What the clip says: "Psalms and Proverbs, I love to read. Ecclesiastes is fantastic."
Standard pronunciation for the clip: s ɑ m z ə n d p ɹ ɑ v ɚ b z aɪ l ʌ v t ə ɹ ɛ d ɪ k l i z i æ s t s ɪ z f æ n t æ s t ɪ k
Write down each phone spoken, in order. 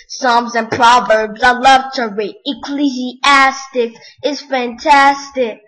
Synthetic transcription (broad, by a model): s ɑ m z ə n p ɹ ɑ v ɚ b z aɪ l ʌ v t ə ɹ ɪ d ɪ k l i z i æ s t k ɪ z f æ n t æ s t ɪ k